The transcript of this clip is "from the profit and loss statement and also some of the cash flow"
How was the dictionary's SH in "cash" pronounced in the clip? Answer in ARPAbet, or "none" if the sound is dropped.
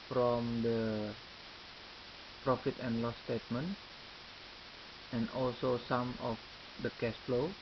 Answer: S